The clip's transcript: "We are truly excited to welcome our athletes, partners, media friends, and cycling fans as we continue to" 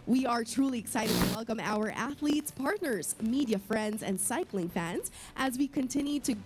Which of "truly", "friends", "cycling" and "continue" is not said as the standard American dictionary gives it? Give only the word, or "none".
none